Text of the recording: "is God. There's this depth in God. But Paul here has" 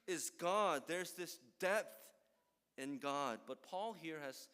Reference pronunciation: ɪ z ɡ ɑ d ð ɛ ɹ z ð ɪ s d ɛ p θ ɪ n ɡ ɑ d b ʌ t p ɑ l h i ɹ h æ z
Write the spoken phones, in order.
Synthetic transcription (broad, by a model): ɪ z ɡ ɑ d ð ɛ ɹ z ð ɪ s d ɛ p θ ɪ n ɡ ɑ d b ʌ t p ɑ l h i ɹ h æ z